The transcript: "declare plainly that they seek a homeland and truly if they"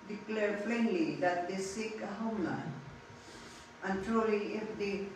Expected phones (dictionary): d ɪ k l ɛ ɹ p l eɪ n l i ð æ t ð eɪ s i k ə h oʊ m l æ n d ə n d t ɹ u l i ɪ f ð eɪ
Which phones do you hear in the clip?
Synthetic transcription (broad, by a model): d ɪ k l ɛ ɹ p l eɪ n l i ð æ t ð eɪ s i k ə h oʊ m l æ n ə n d t ɹ u l i ɪ f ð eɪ